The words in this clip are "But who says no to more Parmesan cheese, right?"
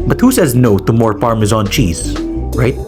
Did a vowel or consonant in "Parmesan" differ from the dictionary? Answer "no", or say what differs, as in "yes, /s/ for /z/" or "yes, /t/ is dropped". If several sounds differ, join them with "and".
yes, /f/ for /p/